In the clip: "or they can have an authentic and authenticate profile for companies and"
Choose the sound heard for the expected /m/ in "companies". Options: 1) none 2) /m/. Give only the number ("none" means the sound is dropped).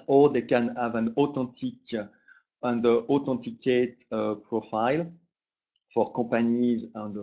1